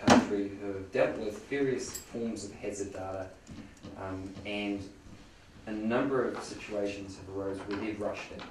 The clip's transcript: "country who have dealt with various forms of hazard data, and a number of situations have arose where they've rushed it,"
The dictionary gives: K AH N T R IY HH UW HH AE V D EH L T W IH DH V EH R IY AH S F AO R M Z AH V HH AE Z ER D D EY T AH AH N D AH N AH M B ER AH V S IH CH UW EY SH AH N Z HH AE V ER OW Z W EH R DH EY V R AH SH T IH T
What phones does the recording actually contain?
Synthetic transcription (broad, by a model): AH N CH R IY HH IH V D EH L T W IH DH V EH R IY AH S F AO R M Z AH V HH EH Z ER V D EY T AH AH N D AH N AH M B ER AH V S IH CH UW EY SH AH N Z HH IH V ER OW Z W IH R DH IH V R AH SH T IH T